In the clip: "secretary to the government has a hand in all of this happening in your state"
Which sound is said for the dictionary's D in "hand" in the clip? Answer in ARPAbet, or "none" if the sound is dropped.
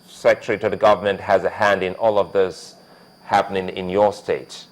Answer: D